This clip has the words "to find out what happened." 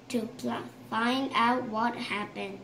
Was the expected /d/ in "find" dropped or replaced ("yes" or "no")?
no